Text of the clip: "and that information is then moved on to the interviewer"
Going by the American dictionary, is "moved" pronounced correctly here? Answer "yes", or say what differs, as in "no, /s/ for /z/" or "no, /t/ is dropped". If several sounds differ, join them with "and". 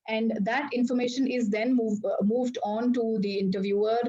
yes